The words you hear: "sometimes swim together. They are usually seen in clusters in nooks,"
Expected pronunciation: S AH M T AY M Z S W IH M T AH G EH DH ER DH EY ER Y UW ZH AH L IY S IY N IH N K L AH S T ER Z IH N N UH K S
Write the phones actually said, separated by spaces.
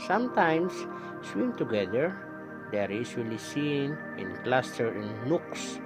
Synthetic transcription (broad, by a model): S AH M T AY M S S W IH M T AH G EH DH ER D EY ER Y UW S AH L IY S IY N IH N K L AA S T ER IH N N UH K S